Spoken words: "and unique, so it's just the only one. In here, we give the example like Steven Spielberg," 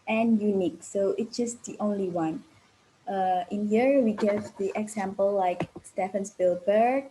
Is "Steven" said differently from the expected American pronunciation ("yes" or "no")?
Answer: yes